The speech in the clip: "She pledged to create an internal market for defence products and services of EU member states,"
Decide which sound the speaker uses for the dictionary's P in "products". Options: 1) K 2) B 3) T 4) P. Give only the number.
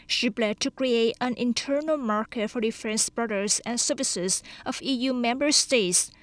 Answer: 2